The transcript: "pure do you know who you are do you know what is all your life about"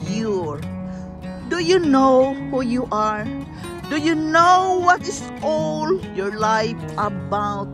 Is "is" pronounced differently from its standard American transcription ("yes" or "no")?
yes